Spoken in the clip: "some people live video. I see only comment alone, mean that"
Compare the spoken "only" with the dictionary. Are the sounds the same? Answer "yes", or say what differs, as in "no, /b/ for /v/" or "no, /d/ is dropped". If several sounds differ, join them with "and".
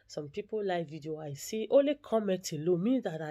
no, /n/ is dropped